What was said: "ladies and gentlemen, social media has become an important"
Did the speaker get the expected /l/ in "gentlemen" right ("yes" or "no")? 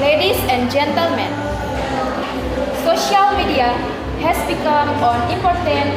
yes